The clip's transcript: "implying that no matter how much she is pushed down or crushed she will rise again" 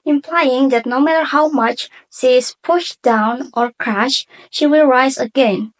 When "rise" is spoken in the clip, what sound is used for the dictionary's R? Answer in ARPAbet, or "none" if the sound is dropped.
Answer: R